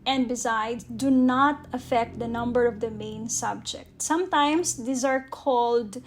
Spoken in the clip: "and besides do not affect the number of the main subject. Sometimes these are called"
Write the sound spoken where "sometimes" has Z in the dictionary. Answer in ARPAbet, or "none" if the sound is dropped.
S